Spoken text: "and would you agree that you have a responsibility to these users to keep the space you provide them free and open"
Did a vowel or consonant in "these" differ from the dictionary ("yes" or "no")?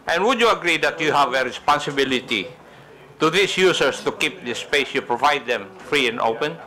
yes